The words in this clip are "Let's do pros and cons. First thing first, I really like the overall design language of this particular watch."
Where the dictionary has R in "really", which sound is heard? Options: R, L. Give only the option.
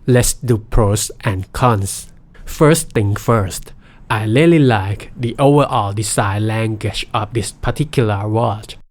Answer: L